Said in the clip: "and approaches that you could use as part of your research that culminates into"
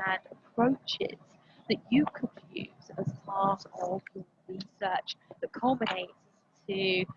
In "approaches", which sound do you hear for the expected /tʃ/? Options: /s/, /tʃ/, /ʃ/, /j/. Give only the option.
/tʃ/